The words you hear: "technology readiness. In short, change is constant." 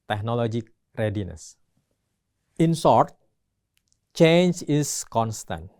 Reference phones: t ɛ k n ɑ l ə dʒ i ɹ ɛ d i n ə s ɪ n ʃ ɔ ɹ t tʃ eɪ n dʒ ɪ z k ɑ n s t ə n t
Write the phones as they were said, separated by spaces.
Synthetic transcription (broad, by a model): t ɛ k n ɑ l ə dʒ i ɹ ɛ d i n ə s ɪ n s ɔ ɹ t tʃ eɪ n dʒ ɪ s k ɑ n s t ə n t